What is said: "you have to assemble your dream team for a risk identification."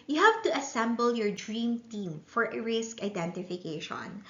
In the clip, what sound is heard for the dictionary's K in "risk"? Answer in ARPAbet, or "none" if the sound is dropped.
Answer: K